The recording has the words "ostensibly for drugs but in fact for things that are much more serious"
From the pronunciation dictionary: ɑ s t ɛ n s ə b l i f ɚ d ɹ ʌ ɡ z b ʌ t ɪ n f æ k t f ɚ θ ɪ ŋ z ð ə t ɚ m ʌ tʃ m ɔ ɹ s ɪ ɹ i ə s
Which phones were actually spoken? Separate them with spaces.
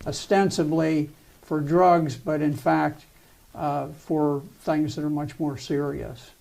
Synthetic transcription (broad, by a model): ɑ s t ɛ n s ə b l i f ɚ d ɹ ʌ ɡ z b ʌ t ɪ n f æ k t f ɚ θ ɪ ŋ z ð ə t ɚ m ʌ tʃ m ɔ ɹ s ɪ ɹ i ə s